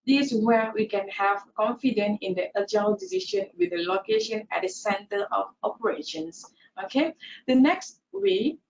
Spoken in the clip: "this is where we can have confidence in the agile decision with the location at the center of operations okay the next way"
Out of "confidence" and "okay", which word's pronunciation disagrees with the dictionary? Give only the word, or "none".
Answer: confidence